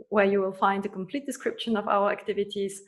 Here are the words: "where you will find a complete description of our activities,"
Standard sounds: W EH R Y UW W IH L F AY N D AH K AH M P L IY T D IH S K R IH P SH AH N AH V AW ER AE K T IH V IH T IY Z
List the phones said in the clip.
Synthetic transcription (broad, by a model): W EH R Y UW W IH L F AY N D AH K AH M P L IY T D IH S K R IH P SH AH N AH V AW ER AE K T IH V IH T IY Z